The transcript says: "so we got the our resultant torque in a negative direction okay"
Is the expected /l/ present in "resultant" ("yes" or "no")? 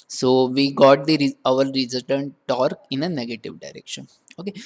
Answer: no